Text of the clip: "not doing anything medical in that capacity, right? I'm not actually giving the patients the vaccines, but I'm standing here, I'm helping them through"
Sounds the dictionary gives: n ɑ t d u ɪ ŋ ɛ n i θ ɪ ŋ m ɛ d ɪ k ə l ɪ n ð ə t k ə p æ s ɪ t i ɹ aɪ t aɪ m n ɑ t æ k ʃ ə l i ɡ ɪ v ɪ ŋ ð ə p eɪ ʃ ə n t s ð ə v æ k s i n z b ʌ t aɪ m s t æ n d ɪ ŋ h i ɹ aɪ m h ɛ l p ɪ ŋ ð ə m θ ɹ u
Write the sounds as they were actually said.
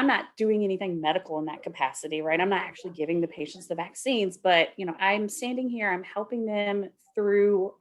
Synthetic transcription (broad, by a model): n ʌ t d u ɪ ŋ ɛ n i θ ɪ ŋ m ɛ d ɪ k l ɪ n ð ə t k ə p æ s ɪ t i ɹ aɪ t aɪ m n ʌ t æ k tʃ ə l i ɡ ɪ v ɪ ŋ ð ə p eɪ ʃ ə n t s ð ə v æ k s i n z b ʌ t aɪ m s t æ n d ɪ ŋ h i ɹ aɪ m h ɛ l p ɪ ŋ ð ə m θ ɹ u